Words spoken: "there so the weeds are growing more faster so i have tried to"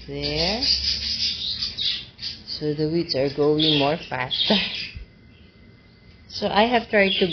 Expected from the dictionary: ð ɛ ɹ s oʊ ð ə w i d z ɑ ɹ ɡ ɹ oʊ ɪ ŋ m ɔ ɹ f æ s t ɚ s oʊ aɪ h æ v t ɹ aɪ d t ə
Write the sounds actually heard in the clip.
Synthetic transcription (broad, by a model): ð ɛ ɹ s oʊ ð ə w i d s ɑ ɹ ɡ oʊ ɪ ŋ m ɔ ɹ f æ s t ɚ s oʊ aɪ h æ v t ɹ aɪ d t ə